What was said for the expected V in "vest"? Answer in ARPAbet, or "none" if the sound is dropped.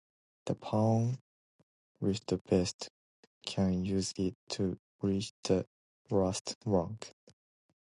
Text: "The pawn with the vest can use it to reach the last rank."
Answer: B